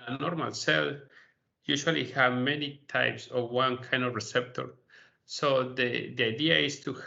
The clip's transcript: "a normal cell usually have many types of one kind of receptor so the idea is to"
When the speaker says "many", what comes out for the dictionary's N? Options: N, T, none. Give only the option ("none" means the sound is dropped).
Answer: N